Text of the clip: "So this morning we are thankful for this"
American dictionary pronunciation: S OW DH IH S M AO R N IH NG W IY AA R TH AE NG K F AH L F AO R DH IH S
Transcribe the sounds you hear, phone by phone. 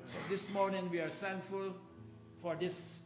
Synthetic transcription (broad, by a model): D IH S M AO R N IH NG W IY AA R T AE NG K F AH L F AO R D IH S